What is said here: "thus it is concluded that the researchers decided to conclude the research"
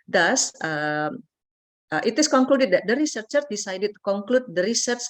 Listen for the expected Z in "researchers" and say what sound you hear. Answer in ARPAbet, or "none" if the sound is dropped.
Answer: none